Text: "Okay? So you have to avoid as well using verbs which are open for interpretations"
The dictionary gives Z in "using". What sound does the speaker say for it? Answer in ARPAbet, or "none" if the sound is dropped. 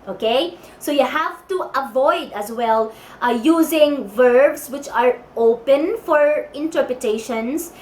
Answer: Z